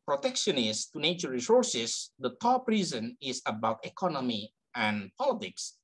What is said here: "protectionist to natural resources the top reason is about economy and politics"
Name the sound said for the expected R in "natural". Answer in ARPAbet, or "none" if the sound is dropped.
none